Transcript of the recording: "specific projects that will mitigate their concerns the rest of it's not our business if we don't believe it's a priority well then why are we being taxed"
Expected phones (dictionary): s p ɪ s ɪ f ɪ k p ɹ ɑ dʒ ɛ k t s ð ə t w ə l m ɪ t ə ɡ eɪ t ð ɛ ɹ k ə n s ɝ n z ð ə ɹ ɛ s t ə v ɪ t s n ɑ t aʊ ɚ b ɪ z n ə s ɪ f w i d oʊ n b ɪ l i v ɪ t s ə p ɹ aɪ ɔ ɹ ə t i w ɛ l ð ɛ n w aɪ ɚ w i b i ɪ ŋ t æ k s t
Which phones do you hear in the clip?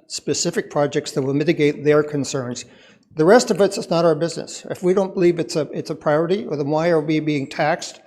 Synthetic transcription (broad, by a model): s p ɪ s ɪ f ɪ k p ɹ ɑ dʒ ɛ k t s ð ə t w ə l m ɪ t ə ɡ eɪ t ð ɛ ɹ k ə n s ɝ n z ð ə ɹ ɛ s t ə v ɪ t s n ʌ t aʊ ɚ b ɪ z n ə s ɪ f w i d oʊ n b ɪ l i v ɪ t s ə p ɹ aɪ ɔ ɹ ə t i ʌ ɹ ð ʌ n w aɪ ɚ w i b i ɪ ŋ t æ k s t